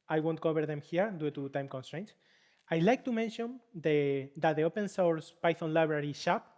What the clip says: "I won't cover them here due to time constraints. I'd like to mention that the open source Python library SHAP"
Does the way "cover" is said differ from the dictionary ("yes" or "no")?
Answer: yes